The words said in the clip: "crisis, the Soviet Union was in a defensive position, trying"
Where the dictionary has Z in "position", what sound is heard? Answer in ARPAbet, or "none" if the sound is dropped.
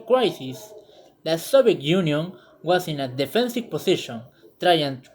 S